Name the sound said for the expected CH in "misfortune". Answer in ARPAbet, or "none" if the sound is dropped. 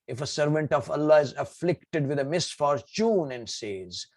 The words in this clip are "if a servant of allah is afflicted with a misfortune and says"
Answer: CH